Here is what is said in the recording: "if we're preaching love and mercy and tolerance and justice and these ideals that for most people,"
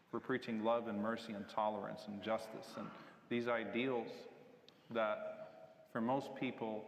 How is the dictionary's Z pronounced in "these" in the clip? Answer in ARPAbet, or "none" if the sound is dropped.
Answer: Z